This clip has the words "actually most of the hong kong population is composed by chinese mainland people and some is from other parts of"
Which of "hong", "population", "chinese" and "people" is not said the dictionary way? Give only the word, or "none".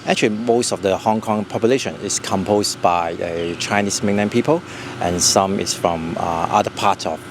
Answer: chinese